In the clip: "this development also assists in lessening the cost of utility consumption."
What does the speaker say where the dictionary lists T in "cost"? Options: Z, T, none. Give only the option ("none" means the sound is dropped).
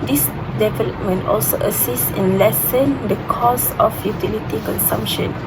none